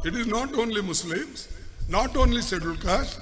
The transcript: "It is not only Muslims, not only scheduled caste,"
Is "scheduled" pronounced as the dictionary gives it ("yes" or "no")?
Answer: no